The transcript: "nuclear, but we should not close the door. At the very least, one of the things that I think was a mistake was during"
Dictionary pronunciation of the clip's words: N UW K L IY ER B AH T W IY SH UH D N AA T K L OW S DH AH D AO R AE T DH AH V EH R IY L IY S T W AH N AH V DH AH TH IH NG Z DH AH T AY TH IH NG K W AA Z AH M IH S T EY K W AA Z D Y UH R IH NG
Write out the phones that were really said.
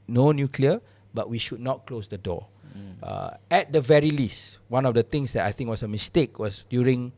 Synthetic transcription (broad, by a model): N UW K L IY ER B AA T W IY SH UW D N AA T K L OW S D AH D AO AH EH T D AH V EH R IY L IY S T W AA N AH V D AH T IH NG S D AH T AY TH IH NG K W AA S AH M IH S T EY K W AA S D Y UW R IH NG